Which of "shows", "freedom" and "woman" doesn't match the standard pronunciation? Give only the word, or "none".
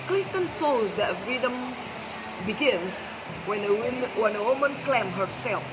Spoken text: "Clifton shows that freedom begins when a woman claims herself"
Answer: shows